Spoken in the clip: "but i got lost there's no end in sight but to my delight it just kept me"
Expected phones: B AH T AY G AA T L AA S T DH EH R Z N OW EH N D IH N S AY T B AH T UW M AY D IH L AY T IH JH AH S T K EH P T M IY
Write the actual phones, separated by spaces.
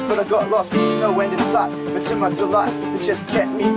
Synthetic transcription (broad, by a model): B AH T AY G AA T L AA S T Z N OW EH N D IH N S AY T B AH T UW M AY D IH L AY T IH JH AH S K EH T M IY